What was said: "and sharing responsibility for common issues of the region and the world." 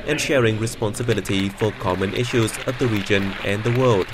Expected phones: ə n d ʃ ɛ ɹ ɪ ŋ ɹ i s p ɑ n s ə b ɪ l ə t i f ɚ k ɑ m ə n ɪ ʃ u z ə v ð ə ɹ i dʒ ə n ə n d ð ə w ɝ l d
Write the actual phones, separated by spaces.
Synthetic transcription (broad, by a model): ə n ʃ ɛ ɹ ɪ ŋ ɹ i s p ɑ n s ə b ɪ l ə t i f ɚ k ɑ m ə n ɪ ʃ u z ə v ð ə ɹ i dʒ ə n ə n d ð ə w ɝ l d